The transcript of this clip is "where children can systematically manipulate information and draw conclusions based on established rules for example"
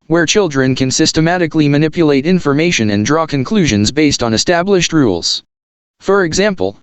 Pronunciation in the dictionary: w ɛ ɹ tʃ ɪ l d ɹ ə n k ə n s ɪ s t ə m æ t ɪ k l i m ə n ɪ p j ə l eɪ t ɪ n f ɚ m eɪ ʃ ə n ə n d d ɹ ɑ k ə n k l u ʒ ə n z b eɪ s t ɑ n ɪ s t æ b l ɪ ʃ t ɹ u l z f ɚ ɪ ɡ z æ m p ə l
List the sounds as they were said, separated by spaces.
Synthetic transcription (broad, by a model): w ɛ ɹ tʃ ɪ l d ɹ ə n k ə n s ɪ s t ə m æ t ɪ k l i m ə n ɪ p j ə l eɪ t ɪ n f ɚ m eɪ ʃ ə n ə n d d ɹ ɑ k ə n k l u ʒ ə n z b eɪ s t n ɪ s t æ b l ɪ ʃ t ɹ u l z f ɚ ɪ ɡ z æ m p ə l